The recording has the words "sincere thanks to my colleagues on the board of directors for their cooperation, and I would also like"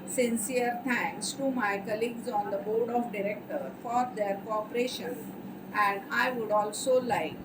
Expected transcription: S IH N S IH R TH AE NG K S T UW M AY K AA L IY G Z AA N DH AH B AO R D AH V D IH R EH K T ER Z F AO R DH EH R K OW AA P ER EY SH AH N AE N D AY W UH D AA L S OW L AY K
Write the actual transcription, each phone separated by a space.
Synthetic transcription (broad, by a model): S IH N S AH R T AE NG K S T UW M AY K AA L IY G Z AA N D AH B AO R D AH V D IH R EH K T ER F AO R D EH R K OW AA P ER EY SH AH N AE N D AY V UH D AA L S OW L AY K